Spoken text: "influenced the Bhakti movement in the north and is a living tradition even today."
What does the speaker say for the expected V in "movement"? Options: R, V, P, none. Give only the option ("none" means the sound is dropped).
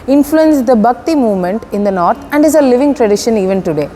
V